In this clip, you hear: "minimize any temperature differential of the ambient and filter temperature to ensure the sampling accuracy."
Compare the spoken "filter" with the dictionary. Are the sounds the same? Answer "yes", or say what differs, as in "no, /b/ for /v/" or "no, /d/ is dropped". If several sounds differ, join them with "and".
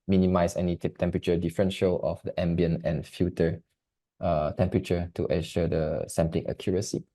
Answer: no, /l/ is dropped